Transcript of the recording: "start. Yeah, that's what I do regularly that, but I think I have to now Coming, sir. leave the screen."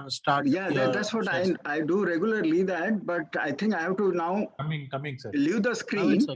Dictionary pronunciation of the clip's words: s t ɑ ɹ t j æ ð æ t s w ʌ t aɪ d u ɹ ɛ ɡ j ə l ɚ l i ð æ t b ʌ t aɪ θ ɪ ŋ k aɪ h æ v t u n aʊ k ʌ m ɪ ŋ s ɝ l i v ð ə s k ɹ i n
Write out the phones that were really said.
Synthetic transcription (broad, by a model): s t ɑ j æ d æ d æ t s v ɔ t aɪ d u ɹ ɛ ɡ j ə l ɚ l i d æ t b ʌ t aɪ t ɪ ŋ k aɪ h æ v t u n aʊ k ʌ m ɪ ŋ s l i v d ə s k ɹ i n